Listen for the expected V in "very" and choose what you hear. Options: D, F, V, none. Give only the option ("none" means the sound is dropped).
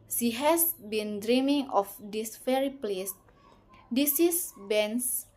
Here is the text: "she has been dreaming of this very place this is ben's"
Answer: F